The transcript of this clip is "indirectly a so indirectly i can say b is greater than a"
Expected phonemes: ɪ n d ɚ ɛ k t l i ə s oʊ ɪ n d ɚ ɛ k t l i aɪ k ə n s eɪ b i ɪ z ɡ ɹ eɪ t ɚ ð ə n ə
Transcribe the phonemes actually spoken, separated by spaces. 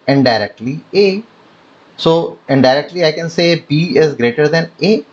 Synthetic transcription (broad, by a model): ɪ n d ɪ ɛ k t l i ə s oʊ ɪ n d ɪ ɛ k t l i aɪ k ə n s eɪ b i ɪ z ɡ ɹ eɪ t ɚ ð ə n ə